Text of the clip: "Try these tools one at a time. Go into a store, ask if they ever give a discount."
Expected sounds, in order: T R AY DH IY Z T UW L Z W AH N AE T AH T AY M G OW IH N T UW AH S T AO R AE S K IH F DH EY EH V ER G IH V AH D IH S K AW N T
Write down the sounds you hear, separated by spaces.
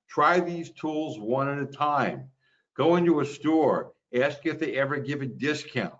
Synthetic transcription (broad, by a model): T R AY DH IY Z T UW L Z W AH N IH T AH T AY M G OW IH N T UW AH S T AO R AE S K IH F DH EY EH V ER G IH V AH D IH S K AW N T